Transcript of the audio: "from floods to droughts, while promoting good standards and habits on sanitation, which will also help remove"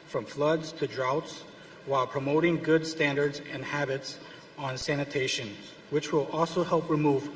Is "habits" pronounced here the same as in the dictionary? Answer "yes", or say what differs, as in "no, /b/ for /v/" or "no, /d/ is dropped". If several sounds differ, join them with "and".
yes